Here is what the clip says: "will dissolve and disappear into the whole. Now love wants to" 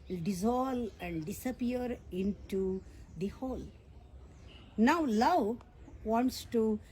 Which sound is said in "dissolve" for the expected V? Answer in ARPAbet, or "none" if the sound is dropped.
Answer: none